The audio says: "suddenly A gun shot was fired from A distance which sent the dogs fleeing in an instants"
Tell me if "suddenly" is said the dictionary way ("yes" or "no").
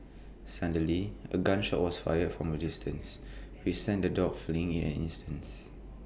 no